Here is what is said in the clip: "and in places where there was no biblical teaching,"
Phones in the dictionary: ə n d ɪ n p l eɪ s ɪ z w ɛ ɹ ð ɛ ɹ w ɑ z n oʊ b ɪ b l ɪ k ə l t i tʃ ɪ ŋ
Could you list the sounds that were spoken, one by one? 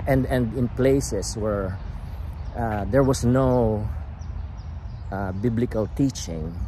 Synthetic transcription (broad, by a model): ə n d ɪ n p l eɪ s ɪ s w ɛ ɹ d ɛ ɹ w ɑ s n oʊ b ɪ b l ɪ k ə l t i tʃ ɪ ŋ